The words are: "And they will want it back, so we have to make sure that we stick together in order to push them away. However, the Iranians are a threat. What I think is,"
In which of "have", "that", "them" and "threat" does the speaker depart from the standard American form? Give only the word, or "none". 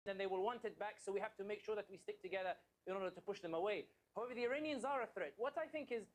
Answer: have